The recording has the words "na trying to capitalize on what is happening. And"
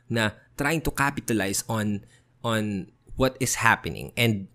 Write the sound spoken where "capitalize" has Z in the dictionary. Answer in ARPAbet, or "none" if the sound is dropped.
S